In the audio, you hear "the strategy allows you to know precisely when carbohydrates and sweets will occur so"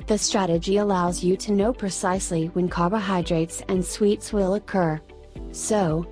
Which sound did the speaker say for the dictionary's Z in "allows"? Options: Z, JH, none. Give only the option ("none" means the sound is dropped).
Z